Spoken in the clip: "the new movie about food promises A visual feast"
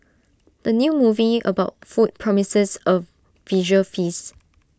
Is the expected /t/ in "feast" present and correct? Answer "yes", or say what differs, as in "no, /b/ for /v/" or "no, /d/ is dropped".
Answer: no, /t/ is dropped